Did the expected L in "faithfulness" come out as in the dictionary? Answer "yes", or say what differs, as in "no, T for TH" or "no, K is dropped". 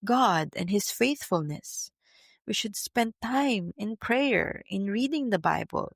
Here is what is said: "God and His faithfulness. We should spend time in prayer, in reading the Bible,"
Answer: yes